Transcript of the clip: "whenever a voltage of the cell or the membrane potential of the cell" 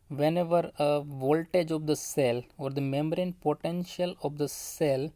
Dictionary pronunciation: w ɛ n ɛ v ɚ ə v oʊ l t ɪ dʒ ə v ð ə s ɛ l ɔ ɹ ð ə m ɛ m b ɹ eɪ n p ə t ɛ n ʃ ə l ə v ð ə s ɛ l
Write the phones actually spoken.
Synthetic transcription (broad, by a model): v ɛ n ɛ v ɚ ə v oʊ l t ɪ dʒ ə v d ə s ɛ l ɔ ɹ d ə m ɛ m ɹ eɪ n p ə t ɛ n ʃ ə l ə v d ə s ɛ l